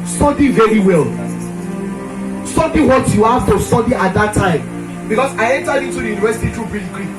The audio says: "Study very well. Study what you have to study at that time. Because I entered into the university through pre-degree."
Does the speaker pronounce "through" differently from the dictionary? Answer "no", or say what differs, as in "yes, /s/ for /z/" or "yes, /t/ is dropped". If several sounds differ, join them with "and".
yes, /t/ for /θ/